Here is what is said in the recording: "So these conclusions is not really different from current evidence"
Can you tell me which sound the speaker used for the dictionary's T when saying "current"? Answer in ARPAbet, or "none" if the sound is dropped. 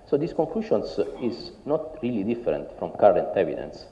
T